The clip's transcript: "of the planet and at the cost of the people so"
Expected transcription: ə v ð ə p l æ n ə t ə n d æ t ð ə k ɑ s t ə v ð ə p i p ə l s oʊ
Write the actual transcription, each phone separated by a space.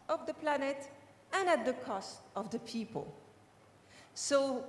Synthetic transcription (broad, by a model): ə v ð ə p l æ n ə t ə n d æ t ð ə k ɑ s t ə v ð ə p i p ə l s oʊ